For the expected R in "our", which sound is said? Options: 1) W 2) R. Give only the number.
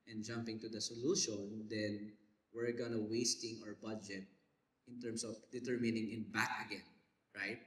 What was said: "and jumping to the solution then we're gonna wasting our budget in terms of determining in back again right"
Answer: 2